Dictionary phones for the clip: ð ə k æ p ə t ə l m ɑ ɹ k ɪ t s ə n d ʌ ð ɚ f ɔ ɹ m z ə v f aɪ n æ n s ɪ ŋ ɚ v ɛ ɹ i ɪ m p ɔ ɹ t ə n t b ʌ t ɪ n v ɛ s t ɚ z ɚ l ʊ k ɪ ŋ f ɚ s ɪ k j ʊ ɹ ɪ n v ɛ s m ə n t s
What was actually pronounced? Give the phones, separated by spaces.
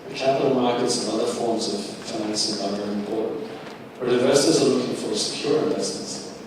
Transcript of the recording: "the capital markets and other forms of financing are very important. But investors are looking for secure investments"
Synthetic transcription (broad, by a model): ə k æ p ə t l m ɑ ɹ k ɪ t s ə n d ʌ ð ɚ f ɔ ɹ m z ə v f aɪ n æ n s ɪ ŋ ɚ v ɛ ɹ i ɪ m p ɔ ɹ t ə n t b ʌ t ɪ v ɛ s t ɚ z ɚ l ʊ k ɪ ŋ f ɚ s ɪ k j ʊ ɹ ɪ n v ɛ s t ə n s